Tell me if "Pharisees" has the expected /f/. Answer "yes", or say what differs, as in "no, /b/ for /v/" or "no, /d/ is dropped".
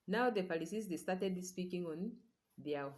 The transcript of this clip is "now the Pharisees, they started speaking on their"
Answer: no, /p/ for /f/